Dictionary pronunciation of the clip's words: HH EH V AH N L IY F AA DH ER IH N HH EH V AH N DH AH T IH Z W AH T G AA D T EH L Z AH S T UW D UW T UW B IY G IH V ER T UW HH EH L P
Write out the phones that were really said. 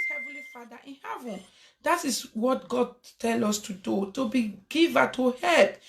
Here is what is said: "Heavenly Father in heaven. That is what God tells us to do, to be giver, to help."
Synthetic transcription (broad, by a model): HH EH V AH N L IY F AA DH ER IH N HH EH V AH N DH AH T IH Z W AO T G AA D T EH L AO S T UW D UW T UW B IY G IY V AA T UW HH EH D